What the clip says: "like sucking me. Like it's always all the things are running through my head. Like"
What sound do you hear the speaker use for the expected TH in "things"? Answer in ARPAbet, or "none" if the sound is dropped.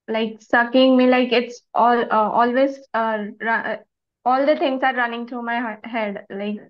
T